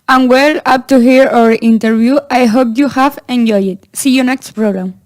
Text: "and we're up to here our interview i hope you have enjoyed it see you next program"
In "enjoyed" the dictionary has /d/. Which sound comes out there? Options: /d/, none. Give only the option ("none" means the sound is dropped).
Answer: none